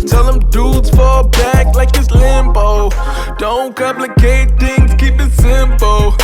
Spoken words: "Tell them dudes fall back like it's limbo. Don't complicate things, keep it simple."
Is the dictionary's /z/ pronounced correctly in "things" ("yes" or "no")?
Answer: no